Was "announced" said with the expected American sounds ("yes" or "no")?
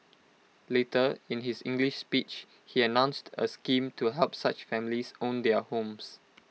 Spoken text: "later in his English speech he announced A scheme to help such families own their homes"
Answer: yes